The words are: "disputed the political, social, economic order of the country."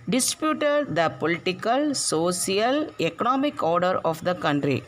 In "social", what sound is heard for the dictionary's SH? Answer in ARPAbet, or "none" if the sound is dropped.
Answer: S